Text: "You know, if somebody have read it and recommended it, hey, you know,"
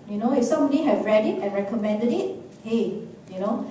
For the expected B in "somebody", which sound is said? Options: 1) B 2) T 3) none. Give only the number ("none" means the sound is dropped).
3